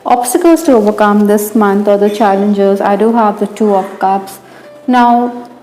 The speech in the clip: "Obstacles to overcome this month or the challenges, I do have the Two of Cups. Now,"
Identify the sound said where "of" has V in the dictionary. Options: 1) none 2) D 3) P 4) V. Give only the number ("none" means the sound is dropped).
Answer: 3